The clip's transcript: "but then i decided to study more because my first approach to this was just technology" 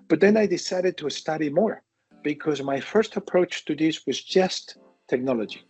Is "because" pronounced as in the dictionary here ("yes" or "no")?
yes